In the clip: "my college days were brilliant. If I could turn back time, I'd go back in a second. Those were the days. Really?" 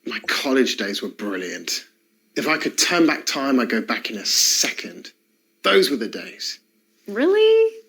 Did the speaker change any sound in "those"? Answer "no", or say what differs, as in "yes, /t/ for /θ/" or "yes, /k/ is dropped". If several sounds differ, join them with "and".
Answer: no